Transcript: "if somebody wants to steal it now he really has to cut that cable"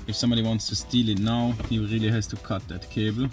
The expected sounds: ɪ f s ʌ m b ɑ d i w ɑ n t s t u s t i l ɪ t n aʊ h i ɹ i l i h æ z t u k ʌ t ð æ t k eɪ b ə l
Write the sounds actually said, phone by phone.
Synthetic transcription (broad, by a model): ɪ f s ʌ m b ɑ d i w ɑ n t s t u s t i l ɪ t n aʊ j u ɹ i l i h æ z t u k ʌ t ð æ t k eɪ b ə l